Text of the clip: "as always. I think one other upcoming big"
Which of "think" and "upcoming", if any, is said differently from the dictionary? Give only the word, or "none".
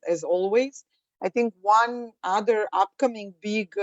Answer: none